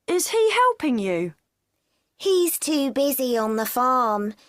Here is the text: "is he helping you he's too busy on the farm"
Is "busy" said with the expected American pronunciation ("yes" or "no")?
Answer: yes